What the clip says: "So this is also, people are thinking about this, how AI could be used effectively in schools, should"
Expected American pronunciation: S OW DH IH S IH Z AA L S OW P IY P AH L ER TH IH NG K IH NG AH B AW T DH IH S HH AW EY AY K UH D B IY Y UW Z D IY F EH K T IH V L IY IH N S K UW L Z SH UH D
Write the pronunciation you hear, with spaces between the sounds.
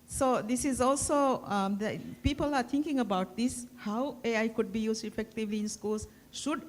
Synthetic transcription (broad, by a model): S OW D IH S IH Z AA L S OW P IY P AH L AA T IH NG K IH NG AH B AW T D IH S HH AW EY AY K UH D B IY Y UW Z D IY F EH K T IH V L IY IH N S K UW L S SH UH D